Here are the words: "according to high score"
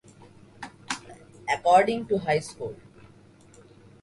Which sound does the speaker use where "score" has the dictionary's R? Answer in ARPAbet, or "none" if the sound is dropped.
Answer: L